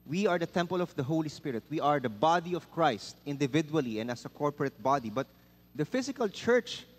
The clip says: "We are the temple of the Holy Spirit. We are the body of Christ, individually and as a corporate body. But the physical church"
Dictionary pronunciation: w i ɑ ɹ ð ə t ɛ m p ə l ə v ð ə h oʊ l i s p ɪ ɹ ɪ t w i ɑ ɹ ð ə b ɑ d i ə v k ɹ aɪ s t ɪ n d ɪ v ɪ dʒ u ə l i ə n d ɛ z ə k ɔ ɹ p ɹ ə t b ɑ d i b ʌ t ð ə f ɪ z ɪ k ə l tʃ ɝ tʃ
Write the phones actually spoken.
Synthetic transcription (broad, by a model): w i ɑ ɹ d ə t ɛ m p ə l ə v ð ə h oʊ l i s p ɪ ɹ ɪ t w i ɑ ɹ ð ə b ɑ d i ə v k ɹ aɪ s t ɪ n d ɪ v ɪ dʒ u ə l i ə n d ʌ s ə k ɔ ɹ p ɹ ə t b ɑ d i b ʌ t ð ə f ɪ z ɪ k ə l tʃ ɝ tʃ